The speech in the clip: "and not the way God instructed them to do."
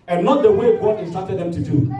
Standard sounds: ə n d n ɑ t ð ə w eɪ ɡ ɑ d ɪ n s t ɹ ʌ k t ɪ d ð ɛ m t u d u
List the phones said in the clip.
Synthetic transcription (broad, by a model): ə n n ɑ t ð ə w eɪ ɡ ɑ ɪ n s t ɑ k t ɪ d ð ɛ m t u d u